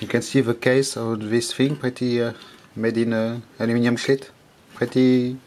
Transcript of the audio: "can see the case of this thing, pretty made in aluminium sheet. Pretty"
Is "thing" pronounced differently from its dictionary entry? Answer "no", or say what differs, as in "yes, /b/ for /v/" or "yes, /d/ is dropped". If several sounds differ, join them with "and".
yes, /f/ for /θ/